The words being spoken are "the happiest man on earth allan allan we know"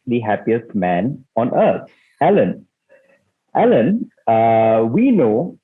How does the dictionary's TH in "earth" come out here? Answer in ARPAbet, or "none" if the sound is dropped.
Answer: T